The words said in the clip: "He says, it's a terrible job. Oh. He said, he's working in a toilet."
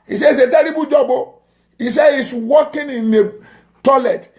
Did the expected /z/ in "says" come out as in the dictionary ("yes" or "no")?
no